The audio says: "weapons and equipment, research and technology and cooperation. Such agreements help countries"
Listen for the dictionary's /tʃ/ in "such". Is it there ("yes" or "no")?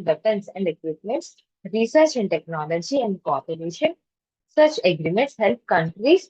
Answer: yes